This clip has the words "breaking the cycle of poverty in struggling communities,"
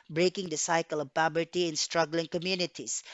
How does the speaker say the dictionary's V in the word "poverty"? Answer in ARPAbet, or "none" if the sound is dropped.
B